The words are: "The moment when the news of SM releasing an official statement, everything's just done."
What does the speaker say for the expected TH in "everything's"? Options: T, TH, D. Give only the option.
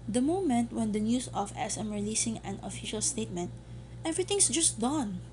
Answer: T